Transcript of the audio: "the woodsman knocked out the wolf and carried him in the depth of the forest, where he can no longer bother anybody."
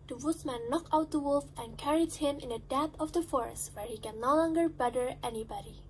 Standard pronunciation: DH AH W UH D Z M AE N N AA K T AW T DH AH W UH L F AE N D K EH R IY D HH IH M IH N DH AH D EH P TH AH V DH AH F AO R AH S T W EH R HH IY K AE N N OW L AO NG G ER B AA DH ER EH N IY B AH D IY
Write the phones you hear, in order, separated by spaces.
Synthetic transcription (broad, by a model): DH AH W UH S M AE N N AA K AW T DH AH W UH L F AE N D K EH R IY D HH IH M IH N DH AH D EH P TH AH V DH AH F AO R AH S T W EH R HH IY K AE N N OW L AO NG G ER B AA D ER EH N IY B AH D IY